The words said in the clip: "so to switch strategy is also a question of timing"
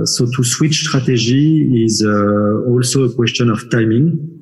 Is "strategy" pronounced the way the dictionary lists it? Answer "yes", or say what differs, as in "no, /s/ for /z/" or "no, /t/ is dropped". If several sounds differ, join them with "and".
no, /ʒ/ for /dʒ/